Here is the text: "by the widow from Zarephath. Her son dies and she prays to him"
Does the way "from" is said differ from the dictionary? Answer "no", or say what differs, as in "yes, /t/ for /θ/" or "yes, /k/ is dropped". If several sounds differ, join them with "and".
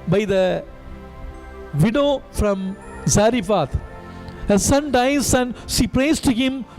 no